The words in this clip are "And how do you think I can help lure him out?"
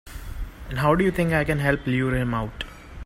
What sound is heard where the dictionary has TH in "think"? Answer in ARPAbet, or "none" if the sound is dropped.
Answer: T